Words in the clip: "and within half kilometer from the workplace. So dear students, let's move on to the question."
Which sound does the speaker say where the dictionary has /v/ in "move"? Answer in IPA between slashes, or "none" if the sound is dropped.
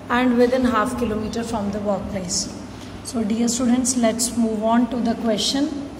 /v/